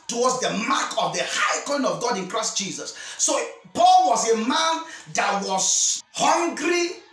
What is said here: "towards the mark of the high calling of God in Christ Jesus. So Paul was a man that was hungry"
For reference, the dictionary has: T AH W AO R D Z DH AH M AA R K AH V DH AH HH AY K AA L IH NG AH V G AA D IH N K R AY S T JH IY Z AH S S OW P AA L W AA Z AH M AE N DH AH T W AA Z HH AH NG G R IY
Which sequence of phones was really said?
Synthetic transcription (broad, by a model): T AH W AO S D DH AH M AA K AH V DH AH HH AY K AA IH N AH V G AA D IH N K R AY S T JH IY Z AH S S OW P AA L W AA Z AH M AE N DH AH T W AA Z HH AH NG G R IY